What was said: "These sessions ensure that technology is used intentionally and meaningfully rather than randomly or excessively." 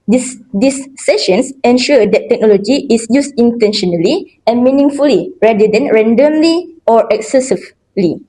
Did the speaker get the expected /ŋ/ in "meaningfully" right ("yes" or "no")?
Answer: yes